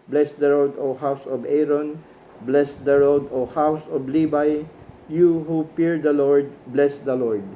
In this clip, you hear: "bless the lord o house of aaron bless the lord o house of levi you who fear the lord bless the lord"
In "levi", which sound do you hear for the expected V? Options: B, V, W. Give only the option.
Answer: B